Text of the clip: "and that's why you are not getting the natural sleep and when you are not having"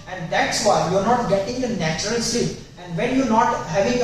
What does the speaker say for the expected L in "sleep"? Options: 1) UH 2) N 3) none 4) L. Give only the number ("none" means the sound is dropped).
3